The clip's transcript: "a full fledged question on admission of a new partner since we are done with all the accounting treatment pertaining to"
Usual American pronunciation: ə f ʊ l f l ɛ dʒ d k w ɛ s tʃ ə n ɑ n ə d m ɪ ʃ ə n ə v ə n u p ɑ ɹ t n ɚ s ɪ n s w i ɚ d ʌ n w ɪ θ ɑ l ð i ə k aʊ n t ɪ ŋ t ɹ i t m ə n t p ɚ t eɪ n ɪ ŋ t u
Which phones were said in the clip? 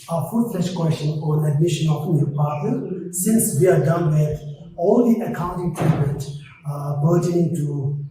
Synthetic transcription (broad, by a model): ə f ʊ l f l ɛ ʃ k w ɛ s tʃ ə n ɑ n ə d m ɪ ʃ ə n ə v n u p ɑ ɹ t ɚ s ɪ n s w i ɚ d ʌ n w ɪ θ ɑ l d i ə k aʊ n t ɪ ŋ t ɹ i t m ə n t b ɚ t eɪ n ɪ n t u